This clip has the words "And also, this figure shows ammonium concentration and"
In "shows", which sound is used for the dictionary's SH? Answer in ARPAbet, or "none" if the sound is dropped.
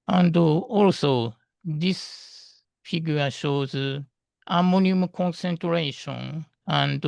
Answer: SH